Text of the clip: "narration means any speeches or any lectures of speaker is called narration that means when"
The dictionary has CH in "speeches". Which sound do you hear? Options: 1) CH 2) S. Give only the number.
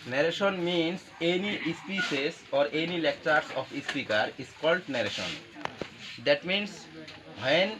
2